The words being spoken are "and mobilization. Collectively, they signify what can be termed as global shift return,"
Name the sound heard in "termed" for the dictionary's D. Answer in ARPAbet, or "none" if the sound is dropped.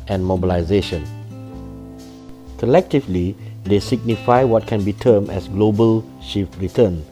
none